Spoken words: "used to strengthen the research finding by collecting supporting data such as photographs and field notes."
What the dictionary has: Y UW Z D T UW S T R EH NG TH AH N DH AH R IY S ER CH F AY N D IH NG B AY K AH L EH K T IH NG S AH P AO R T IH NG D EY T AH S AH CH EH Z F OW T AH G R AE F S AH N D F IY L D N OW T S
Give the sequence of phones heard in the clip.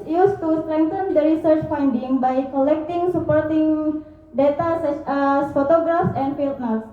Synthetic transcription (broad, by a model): Y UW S T UW S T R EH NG T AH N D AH R IY S ER CH F AY N D IH NG B AY K AH L EH K T IH NG S AH P AO R T IH NG D EY T AH S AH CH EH S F OW T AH G R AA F S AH N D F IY L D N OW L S